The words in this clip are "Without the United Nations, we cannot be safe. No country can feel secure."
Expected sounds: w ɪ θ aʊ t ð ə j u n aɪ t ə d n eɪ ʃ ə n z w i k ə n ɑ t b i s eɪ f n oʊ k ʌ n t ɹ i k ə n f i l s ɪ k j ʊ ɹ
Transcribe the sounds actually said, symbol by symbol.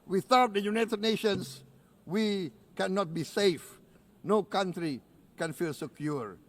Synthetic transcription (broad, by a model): w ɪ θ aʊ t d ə j u n aɪ t ə d n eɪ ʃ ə n s w i k ə n ɑ t b i s eɪ f n oʊ k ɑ n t ɹ i k ə n f i l s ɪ k j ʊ ɹ